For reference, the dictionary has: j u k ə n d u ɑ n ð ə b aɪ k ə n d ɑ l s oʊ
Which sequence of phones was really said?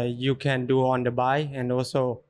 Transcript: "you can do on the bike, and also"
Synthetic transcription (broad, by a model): j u k ə n d u ɑ n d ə b aɪ ə n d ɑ l s oʊ